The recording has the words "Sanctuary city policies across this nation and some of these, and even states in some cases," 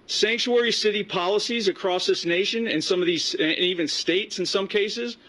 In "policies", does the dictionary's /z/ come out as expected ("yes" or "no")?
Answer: yes